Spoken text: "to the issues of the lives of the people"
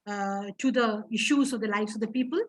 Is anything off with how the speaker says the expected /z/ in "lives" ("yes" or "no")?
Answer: yes